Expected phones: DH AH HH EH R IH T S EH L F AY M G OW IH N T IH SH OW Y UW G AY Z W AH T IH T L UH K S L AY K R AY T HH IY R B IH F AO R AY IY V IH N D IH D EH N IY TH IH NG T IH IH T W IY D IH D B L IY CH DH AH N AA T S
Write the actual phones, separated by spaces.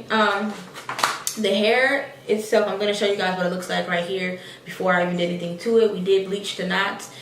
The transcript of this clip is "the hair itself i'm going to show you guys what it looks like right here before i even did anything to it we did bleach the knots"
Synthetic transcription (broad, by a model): DH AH HH EH R IH T S EH L F AY M G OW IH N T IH SH OW Y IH G AY Z W AH T IH T L UH K S L AY K R AY T HH IY R B IH F AO R AY IY V IH N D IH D EH N IY TH IH NG T IH IH T W IY D IH D B L IY CH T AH N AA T